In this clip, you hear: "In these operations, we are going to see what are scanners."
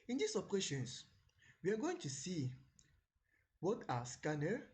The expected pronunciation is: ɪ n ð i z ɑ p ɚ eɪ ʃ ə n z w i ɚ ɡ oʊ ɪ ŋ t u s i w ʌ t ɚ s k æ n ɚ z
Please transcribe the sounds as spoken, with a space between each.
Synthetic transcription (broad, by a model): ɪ n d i s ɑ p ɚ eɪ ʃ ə n s w i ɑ ɡ oʊ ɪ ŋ t u s i w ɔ t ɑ s k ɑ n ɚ